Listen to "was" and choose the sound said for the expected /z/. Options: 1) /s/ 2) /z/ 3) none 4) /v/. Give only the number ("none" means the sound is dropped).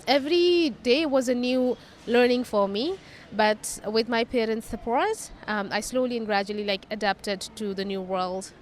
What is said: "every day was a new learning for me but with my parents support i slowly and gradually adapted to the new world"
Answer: 2